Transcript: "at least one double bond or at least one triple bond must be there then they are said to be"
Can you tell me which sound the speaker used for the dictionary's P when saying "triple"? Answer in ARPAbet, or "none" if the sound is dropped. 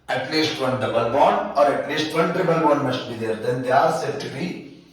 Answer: B